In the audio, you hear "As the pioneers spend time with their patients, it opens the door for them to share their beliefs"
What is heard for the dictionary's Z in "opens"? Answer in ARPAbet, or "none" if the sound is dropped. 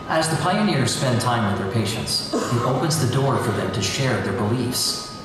Z